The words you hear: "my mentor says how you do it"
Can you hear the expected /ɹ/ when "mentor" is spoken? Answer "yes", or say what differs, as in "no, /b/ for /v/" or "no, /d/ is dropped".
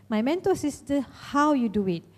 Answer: no, /l/ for /ɹ/